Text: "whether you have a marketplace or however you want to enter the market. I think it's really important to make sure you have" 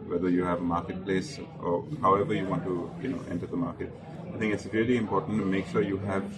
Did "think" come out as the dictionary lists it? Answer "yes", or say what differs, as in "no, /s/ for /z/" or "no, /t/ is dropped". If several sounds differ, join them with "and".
no, /t/ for /θ/